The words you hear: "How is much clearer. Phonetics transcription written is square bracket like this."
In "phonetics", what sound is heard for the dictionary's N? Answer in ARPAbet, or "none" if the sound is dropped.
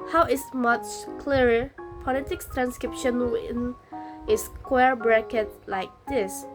L